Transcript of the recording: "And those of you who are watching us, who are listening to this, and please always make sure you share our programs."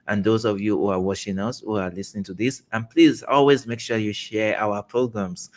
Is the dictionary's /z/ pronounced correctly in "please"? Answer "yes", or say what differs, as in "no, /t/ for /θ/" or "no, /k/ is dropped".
yes